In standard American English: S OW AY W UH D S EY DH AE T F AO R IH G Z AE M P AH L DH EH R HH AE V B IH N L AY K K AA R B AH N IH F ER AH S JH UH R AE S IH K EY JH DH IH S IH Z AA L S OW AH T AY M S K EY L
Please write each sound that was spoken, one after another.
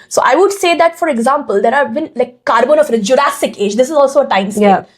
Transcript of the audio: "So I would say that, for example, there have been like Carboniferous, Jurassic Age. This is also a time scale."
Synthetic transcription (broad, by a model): S OW AY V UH D S EY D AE T F AO R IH G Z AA M P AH L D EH R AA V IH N L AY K K AA R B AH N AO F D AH JH UH R AE S IH K EY JH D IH S IH Z AA L S OW AH T AY M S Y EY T